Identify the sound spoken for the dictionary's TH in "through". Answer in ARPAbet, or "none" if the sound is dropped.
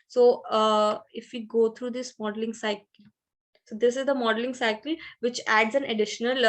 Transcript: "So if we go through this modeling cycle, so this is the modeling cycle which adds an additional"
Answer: T